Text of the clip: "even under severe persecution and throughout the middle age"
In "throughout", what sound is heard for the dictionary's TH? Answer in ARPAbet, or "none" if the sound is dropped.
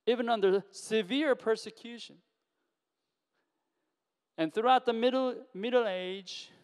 TH